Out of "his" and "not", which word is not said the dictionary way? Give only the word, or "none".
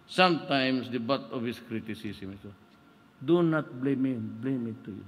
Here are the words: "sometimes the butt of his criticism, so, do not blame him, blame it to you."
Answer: his